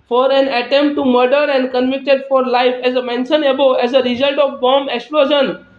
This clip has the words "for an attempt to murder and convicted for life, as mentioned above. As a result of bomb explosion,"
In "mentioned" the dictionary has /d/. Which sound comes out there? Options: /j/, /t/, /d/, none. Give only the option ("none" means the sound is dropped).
none